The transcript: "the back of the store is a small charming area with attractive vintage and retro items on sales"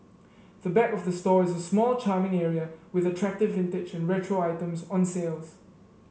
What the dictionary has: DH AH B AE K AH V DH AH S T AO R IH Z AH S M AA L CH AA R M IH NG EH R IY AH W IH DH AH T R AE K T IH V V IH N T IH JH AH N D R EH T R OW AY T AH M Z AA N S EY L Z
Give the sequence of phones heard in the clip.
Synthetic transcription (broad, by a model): DH AH B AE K AH V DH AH S T AO IH Z AH S M AA L CH AA M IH NG EH R IY AH W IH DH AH T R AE K T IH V V IH N T IH JH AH N R EH T R OW AY T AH M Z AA N S EY L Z